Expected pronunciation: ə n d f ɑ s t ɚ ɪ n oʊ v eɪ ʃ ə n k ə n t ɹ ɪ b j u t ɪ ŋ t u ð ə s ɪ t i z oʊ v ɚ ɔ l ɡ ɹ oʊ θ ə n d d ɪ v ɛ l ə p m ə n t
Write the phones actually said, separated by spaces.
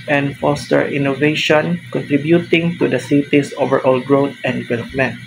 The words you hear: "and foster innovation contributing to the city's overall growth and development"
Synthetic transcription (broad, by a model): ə n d f ɑ s t ɚ ɪ n oʊ v eɪ ʃ ə n k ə n t ɹ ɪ b j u t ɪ ŋ t u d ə s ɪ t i s oʊ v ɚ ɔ l ɡ ɹ oʊ t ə n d d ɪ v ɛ l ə p m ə n t